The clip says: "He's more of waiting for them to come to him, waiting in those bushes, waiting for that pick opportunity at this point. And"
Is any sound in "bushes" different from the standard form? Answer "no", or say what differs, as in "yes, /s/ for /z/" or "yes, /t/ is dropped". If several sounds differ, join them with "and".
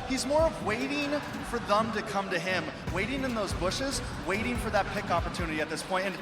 no